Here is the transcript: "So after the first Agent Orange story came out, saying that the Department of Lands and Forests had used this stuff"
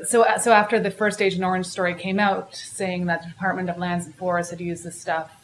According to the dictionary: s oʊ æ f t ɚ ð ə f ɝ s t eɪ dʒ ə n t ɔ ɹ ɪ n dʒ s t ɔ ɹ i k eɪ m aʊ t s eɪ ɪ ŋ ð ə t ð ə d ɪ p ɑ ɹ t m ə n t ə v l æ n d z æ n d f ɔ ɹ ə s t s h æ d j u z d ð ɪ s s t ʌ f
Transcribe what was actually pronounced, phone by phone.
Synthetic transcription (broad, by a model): s oʊ æ f t ɚ ð ə f ɝ s t eɪ dʒ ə n ɔ ɹ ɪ n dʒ s t ɔ ɹ i k eɪ m aʊ t s eɪ ɪ ŋ ð ə t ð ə d ɪ p ɑ ɹ t m ə n t ə v l æ n d z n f ɔ ɹ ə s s h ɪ d j u z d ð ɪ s s t ʌ f